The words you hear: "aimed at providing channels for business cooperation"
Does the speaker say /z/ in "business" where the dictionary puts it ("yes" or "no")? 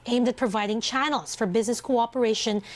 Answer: yes